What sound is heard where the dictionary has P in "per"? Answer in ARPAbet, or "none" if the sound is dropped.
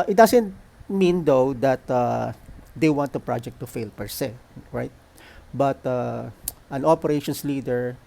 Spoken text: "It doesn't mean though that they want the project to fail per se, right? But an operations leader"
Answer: P